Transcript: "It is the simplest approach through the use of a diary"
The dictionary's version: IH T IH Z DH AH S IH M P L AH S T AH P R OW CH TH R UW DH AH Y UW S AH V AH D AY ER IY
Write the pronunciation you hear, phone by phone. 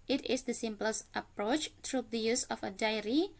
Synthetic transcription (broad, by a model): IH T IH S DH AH S IH M P L AH S T AH P R OW CH T R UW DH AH Y UW S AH F AH D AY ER IY